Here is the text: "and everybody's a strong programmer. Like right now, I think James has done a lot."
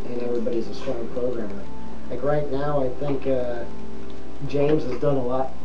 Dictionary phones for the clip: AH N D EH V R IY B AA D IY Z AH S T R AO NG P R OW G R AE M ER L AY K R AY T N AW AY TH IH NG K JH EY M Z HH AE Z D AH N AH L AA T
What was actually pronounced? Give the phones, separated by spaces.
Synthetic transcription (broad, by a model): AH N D EH V R IY B AA D IY Z AH S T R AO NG P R OW G R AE M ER L AY K R AY T N AW AY TH IH NG K JH EY M Z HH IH Z D AH N AH L AA T